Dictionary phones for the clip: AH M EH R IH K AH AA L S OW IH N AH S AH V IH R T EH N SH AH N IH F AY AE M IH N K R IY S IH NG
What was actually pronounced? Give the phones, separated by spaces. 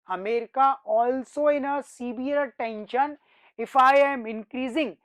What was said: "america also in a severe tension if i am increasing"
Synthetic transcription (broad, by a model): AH M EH R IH K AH AA L S OW IH N AH S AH B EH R T EH N SH AH N IH F AY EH M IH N K R IY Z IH NG